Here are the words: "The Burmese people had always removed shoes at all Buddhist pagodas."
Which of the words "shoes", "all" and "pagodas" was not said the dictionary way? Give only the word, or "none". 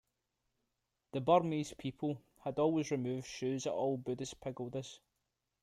none